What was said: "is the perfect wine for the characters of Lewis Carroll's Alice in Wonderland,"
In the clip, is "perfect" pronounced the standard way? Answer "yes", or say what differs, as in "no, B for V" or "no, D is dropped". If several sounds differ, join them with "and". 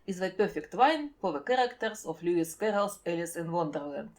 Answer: yes